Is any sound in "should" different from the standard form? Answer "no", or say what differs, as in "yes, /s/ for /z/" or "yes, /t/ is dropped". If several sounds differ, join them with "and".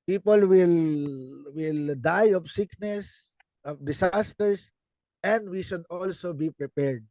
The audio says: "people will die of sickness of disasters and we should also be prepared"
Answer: no